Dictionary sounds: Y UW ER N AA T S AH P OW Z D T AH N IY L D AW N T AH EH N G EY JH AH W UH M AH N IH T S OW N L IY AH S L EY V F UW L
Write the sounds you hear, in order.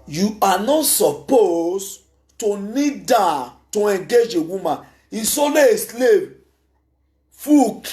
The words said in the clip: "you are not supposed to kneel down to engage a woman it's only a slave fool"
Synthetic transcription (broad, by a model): Y UW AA N AA T S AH P OW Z T AH N IY D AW T AH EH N G EY JH AH W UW M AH N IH S OW L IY S L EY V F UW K